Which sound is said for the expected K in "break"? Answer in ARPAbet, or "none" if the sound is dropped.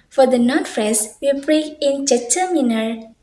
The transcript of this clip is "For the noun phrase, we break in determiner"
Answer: none